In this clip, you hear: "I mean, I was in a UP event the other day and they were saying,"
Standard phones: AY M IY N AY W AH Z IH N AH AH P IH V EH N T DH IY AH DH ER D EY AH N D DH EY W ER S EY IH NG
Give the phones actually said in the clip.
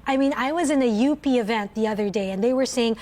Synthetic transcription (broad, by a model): AY M IY N AY W AH Z IH N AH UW P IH V EH N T DH IY AH DH ER D EY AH N DH EY W ER S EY IH NG